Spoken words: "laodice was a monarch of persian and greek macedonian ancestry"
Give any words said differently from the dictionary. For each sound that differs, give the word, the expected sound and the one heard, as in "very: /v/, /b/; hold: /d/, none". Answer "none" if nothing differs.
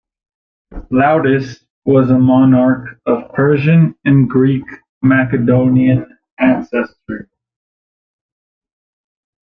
none